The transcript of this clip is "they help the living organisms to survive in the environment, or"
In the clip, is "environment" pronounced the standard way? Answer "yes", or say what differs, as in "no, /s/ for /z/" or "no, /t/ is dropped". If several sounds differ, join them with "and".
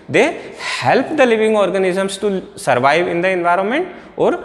yes